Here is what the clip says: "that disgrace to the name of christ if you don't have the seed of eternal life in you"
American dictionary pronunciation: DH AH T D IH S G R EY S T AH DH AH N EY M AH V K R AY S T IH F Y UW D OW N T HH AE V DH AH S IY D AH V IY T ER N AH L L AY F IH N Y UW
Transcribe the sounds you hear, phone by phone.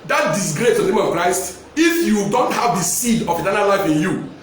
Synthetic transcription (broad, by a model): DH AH T D IH S G R EY S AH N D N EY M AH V K R AY S T IH F Y UW D OW N T HH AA V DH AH S IY D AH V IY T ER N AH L L AY F IH N Y UW